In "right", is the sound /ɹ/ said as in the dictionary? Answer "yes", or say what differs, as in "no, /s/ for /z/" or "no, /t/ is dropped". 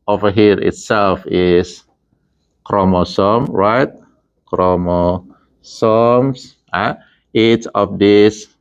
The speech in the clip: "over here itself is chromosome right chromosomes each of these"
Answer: yes